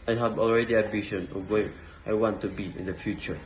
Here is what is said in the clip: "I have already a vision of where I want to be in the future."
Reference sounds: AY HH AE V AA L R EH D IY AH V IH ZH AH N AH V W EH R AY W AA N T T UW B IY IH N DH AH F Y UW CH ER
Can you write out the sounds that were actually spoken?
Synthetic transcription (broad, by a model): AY HH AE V AA L R EH D IY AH B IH SH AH N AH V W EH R AY W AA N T T UW B IY IH N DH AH F Y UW CH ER